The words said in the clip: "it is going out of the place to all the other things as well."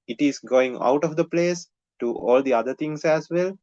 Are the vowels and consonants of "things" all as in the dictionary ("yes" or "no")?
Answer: no